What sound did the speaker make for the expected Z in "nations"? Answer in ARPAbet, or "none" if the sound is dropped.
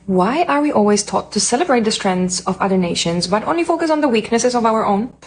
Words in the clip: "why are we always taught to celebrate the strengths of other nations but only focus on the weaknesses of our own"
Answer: Z